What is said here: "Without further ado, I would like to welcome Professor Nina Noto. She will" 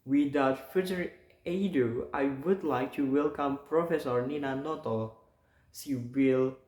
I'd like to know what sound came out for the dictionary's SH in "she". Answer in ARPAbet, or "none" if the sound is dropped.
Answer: S